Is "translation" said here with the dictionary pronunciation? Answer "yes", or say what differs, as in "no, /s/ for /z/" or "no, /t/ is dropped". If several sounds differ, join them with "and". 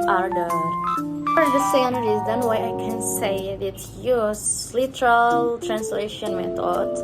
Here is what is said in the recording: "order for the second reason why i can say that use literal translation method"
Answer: yes